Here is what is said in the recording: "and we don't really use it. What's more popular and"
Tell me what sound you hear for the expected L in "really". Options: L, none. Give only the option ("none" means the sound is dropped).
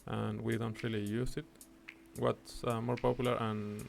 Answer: L